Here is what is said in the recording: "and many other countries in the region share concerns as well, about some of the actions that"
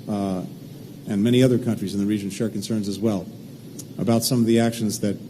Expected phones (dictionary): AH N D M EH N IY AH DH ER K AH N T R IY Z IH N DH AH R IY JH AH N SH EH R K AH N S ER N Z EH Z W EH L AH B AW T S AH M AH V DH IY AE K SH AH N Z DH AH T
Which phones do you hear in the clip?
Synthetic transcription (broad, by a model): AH N M EH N IY AH DH ER K AH N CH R IY Z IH N DH AH R IY JH AH N SH EH R K N S ER N Z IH Z W EH L AH B AW T S AH M AH V DH IY AE K SH AH N Z DH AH T